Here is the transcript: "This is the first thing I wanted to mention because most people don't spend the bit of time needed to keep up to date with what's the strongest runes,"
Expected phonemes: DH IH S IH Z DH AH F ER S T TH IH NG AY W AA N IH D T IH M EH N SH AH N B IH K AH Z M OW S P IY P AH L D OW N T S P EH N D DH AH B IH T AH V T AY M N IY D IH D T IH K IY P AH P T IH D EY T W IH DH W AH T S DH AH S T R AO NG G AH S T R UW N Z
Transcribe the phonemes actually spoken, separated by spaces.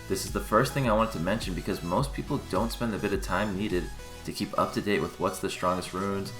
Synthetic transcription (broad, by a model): DH IH S IH Z DH AH F ER S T TH IH NG AY W AA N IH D T IH M EH N SH AH N B IH K AH Z M OW S P IY P L D OW N T S P EH N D DH AH B IH T AH V T AY M N IY D IH D T IH K IY P AH P T IH D EY T W IH DH W AH T S DH AH S T R AO NG G AH S T R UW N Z